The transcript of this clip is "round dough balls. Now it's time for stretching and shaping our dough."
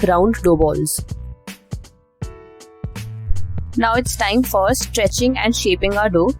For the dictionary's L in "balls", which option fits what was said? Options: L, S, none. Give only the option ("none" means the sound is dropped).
L